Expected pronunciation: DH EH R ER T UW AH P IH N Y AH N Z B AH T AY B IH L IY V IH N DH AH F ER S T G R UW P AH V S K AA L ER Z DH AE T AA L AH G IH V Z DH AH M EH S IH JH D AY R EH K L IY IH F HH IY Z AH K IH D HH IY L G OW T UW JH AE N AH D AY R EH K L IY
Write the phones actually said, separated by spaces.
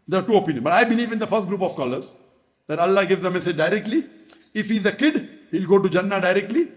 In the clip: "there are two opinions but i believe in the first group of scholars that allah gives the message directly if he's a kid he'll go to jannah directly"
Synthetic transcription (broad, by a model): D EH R T UW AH P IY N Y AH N B AH T AY B IH L IY V IH N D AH F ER S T G R UW P AH V S K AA L ER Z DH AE T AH L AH G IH V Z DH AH M EH S IH JH D AY R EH K L IY IH F HH IY Z AH K IH D HH IY L G OW T UW JH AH N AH D AY R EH K L IY